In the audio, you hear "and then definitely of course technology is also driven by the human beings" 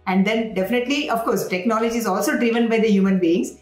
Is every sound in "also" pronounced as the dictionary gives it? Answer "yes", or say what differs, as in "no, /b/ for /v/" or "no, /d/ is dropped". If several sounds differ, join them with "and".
yes